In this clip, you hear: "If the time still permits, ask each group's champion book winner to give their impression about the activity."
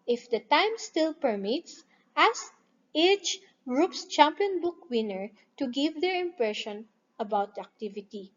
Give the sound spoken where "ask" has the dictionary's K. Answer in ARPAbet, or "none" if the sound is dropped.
none